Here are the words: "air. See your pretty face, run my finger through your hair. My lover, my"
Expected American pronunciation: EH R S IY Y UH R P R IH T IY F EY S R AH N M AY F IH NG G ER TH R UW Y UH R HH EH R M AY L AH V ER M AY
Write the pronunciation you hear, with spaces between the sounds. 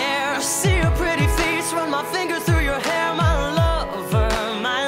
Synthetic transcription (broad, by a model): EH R S IY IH P R IH T IY F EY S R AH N M AY F IH NG G ER TH R UW Y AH R HH EH R M AY L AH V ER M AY